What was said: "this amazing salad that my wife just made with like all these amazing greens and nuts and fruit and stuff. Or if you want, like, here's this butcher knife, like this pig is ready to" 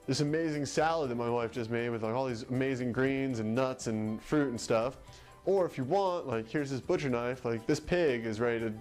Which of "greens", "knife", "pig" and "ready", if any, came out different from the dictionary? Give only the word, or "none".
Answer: none